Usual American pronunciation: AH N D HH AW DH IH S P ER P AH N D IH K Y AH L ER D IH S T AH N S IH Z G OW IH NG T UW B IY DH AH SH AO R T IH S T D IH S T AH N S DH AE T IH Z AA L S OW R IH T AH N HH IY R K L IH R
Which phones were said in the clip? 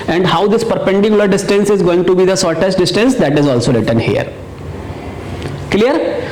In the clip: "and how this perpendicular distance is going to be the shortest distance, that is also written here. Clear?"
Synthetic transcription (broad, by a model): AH N D HH AW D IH S P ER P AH N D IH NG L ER D IH S T AH N S IH Z G OW IH NG T UW B IY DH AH S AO R T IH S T D IH S T AH N S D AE T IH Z AA L S OW R IH T AH N HH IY R K L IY R